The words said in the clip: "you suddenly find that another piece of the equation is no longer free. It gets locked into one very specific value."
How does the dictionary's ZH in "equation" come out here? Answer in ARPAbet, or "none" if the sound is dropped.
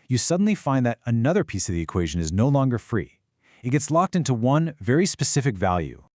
ZH